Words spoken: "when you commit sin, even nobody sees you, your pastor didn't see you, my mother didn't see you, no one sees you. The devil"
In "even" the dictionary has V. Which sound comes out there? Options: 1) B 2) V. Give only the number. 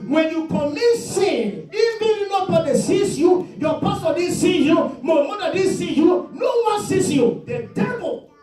1